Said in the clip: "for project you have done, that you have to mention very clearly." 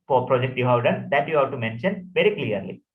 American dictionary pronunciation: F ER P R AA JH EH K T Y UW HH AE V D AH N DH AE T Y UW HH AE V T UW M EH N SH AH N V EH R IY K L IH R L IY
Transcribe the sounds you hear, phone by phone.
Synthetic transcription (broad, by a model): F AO P R AA JH EH K T Y UW HH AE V D AH N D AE T Y UW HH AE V T UW M EH N SH AH N V EH R IY K L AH R L IY